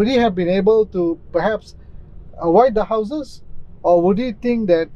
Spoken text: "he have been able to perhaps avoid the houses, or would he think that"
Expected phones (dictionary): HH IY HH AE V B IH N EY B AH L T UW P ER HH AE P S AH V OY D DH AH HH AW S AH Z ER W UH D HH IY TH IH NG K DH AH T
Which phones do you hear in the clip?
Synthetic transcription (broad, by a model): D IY HH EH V B IH N EY B AH L T UW P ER HH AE P S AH W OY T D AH HH AW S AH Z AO W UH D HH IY T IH NG K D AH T